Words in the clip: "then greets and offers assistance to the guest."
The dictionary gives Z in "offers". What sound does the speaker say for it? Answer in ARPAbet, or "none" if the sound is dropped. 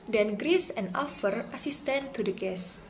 none